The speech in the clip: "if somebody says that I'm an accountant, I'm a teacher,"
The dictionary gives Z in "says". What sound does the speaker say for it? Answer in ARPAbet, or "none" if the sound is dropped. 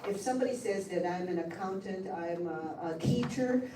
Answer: Z